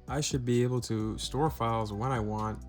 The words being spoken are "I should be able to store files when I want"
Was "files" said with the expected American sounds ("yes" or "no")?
yes